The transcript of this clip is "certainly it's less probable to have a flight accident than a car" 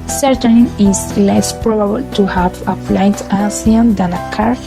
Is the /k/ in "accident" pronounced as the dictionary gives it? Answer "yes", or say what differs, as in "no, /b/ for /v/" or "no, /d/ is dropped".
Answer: no, /k/ is dropped